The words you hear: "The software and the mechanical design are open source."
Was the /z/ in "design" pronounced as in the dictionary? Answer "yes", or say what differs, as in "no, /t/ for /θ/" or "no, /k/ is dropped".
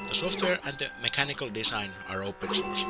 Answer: no, /s/ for /z/